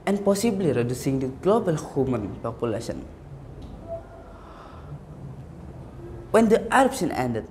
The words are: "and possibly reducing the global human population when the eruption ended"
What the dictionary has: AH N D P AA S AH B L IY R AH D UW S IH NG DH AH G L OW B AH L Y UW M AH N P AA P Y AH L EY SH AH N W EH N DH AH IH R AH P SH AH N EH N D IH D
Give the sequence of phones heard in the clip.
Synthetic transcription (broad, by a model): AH N P AA S AH B L IY R AH D UW S IH NG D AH G L OW B AH L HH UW M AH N P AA P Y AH L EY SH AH N W EH N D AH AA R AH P S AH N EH N D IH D